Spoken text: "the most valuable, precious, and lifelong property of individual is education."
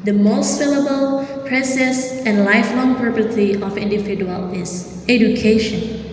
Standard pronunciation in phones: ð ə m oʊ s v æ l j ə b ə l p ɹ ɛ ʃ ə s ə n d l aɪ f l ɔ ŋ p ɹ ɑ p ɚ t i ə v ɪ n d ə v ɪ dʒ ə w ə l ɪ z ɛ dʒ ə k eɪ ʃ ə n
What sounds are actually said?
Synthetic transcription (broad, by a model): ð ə m oʊ s f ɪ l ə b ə l p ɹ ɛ s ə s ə n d l aɪ f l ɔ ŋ p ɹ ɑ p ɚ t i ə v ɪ n d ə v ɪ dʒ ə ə l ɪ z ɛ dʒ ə k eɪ ʃ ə n